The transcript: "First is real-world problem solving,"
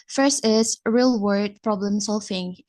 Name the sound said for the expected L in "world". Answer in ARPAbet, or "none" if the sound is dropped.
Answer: none